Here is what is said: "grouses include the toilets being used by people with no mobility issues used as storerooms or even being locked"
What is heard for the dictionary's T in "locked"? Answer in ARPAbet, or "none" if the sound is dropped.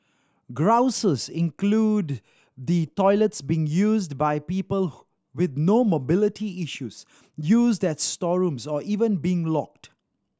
T